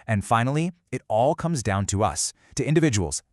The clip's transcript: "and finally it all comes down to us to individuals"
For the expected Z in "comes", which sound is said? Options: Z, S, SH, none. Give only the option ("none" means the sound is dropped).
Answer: Z